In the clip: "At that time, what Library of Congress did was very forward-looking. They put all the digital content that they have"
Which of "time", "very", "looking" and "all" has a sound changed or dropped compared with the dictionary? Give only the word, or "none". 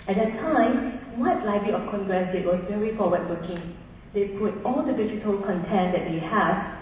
looking